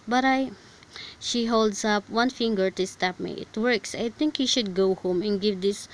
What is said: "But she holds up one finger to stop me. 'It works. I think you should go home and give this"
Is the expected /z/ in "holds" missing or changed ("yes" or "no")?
yes